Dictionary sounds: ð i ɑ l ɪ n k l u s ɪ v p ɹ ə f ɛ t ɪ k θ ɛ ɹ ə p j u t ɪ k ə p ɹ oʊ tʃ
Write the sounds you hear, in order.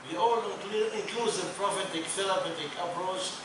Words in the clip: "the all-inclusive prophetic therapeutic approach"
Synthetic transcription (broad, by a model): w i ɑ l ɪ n k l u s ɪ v p ɹ ə f ɛ t ɪ k s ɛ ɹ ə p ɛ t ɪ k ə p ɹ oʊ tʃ